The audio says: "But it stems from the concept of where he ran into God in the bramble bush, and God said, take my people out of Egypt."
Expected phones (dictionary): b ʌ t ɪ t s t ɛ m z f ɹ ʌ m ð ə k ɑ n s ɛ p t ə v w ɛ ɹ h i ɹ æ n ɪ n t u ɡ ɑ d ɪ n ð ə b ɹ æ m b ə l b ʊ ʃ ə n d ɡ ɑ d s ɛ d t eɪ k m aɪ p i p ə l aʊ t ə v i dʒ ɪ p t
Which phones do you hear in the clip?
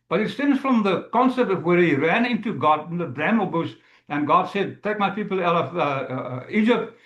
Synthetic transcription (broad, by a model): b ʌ t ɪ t s t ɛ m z f ɹ ʌ m ð ə k ɑ n s ɛ p t ə v w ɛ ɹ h i ɹ æ n ɪ n t u ɡ ɑ d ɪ n ð ə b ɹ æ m ə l b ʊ s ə n ɡ ɑ d s ɛ d t eɪ k m aɪ p i p l aʊ t ə v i dʒ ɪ p t